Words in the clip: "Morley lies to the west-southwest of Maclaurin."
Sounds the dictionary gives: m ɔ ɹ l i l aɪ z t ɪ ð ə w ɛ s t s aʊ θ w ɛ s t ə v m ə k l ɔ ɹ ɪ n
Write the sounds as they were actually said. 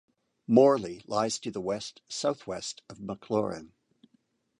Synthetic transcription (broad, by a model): m ɔ ɹ l i l aɪ z t ɪ ð ə w ɛ s t s aʊ θ w ɛ s t ə v m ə k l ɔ ɹ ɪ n